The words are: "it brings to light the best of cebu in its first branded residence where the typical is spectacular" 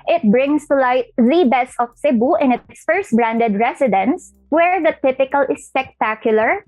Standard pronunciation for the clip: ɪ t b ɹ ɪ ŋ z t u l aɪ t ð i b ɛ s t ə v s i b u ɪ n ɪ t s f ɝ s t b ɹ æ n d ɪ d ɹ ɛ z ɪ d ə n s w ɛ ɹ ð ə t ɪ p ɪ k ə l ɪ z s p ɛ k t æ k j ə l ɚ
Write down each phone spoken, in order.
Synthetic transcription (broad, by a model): ɪ t b ɹ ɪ ŋ s t u l aɪ t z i b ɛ s ə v s i b u ɪ n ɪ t s f ɝ s t b ɹ æ n d ɪ d ɹ ɛ s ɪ d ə n s w ɛ ɹ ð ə t ɪ p ɪ k ə l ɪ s p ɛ k t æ k j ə l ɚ